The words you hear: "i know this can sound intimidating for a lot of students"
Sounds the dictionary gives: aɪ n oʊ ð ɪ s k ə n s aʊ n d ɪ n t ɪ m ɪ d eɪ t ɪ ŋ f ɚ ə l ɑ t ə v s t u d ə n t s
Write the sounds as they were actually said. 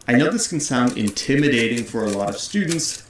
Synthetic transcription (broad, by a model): aɪ n oʊ ð ɪ s k n s aʊ n d ɪ n t ɪ m ɪ d eɪ t ɪ ŋ f ɚ ə l ɑ t ə v s t u d n t s